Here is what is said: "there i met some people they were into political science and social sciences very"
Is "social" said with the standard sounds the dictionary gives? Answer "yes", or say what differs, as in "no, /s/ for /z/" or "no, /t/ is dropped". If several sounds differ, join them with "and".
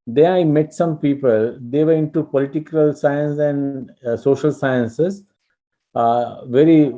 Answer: yes